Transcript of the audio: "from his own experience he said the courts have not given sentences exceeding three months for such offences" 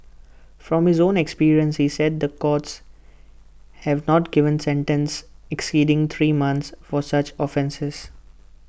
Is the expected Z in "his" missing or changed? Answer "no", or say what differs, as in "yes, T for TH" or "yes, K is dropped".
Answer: no